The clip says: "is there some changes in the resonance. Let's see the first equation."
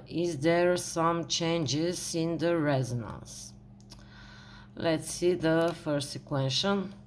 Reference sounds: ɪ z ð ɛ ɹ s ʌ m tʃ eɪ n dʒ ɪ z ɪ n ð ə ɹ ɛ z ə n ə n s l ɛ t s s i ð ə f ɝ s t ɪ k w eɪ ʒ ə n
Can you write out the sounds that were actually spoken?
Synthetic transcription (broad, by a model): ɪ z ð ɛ ɹ s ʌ m tʃ eɪ n dʒ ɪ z ɪ n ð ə ɹ ɛ z ə n ə n s l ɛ t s s i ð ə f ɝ s ɪ k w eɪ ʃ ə n